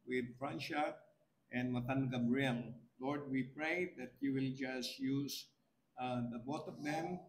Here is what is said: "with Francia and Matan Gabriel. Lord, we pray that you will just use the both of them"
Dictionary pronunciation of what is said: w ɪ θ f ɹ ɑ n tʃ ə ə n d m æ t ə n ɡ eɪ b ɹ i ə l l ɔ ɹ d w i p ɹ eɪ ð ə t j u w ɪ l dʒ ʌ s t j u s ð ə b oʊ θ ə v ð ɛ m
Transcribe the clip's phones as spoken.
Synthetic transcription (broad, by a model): w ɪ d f ɹ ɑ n ʃ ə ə n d m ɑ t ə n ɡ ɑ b ɹ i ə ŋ l ɔ ɹ d w i p ɹ eɪ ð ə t j u w ɪ l dʒ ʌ s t j u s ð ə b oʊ t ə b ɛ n